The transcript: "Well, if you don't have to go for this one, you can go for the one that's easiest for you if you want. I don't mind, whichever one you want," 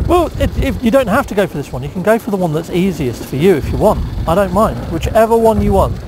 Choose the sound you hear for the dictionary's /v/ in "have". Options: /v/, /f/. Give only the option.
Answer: /f/